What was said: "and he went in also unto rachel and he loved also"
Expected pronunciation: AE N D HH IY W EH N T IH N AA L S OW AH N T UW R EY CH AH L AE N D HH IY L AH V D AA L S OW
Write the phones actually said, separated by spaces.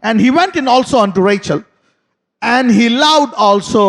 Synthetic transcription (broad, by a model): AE N D HH IY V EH N T IH N AA L S OW AH N T UW R EY CH AH L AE N D HH IY L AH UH D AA L S OW